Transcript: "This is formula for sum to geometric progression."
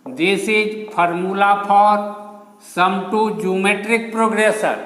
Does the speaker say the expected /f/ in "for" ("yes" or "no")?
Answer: no